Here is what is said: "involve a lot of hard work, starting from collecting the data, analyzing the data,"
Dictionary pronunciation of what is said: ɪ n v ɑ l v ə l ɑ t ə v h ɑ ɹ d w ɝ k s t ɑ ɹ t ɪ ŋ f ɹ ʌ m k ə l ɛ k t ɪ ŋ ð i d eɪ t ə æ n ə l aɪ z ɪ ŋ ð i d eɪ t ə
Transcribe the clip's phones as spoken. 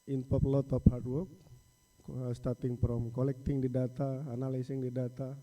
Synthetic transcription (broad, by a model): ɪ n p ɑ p l ɑ t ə p h ɑ ɹ d w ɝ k s t ɑ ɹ t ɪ ŋ p ɹ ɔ m k ə l ɛ k t ɪ ŋ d i d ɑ t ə n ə l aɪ s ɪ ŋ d i d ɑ t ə